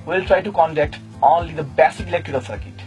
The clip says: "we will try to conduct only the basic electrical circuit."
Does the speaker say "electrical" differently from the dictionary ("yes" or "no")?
yes